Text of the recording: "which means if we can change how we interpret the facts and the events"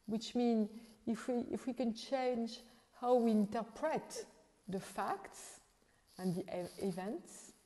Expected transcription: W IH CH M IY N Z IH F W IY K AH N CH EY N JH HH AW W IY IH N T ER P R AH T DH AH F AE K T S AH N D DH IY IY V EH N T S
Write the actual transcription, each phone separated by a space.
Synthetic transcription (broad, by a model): W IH CH M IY N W IH F W IY K AH N CH EY N JH HH AW W IY IH N T ER P R AH T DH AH F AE K T S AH N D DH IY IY V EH N T S